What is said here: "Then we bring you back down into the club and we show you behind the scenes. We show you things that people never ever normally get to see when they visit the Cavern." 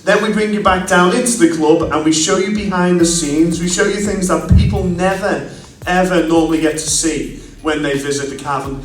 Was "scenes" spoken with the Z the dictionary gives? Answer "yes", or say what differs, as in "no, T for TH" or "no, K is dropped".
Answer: yes